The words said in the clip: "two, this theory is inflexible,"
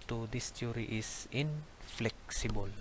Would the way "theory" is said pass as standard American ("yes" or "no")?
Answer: no